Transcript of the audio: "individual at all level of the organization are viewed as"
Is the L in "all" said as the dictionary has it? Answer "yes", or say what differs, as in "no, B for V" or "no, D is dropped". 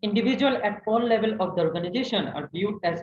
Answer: no, N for L